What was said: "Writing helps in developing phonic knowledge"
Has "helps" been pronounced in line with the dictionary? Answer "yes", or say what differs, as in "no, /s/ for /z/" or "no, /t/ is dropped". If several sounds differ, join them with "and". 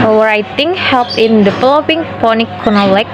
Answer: no, /s/ is dropped